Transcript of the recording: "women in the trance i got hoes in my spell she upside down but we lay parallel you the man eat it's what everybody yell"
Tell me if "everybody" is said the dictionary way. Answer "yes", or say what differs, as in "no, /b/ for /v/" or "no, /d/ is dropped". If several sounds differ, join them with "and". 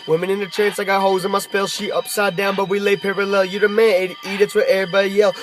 no, /v/ is dropped